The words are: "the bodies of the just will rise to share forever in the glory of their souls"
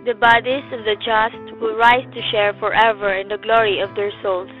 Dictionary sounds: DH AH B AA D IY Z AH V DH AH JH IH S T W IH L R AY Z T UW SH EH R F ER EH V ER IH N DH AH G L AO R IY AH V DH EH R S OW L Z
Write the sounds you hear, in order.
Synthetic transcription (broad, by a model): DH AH B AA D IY AH V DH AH JH IH S T W IH L R AY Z T UW SH EH R F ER EH V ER IH N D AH G L AO R IY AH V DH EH R S OW L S